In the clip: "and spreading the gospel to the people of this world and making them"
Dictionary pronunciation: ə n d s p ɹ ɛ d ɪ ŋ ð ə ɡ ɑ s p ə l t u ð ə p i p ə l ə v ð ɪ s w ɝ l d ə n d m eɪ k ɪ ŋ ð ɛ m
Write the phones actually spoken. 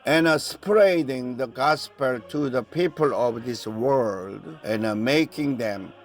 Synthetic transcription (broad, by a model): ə n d s p ɹ ɛ d ɪ ŋ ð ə ɡ ɑ s p ə l t u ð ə p i p ə l ə v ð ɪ s w ɝ l d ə n m eɪ k ɪ ŋ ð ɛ m